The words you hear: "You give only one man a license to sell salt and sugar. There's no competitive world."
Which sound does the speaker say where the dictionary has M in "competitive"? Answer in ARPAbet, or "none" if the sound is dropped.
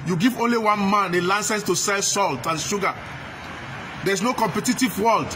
M